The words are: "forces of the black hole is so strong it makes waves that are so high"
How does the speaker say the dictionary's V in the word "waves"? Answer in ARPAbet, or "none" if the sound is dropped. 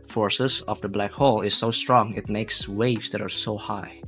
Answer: V